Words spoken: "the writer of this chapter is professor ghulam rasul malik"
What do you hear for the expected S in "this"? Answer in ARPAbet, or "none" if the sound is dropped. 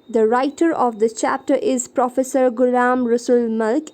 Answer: none